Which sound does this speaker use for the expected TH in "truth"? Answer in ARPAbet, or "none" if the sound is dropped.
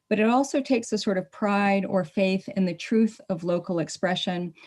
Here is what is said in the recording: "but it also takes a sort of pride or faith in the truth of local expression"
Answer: TH